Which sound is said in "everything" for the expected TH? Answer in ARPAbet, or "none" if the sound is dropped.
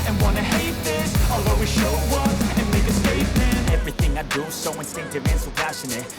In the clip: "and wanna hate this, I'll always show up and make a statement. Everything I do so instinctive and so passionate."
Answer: TH